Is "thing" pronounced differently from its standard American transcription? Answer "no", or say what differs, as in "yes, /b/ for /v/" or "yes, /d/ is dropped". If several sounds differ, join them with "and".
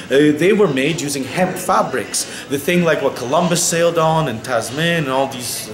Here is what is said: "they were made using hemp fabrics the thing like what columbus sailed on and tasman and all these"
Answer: no